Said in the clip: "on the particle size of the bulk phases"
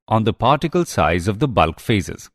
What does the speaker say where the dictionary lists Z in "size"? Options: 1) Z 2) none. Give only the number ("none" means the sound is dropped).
1